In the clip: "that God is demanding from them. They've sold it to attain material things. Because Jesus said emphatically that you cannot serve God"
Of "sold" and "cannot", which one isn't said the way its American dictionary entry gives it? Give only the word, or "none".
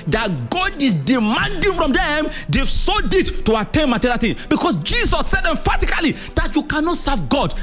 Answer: sold